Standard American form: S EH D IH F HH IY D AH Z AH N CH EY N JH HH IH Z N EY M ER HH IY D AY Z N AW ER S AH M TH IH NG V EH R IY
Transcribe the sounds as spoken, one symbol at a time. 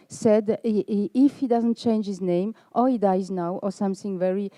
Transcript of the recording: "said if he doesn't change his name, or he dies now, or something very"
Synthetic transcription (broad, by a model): S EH D IH F HH IY D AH Z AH N CH EY N JH HH IH Z N EY M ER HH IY D AY Z N AW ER S AH M TH IH NG V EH R IY